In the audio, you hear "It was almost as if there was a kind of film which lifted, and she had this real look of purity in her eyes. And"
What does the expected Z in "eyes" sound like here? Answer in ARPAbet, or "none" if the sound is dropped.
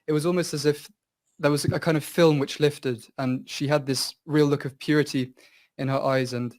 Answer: Z